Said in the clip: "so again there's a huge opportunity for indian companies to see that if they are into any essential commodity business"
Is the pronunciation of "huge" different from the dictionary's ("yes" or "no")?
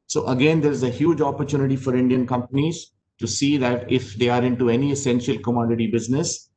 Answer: no